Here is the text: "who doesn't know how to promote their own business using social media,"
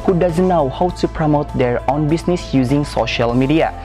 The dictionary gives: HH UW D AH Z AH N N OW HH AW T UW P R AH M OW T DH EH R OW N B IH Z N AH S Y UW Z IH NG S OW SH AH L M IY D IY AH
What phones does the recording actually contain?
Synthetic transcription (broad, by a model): HH UW D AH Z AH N N OW HH AW T UW P R AH M OW T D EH R OW N B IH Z N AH S Y UW Z IH NG S OW SH AH L M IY D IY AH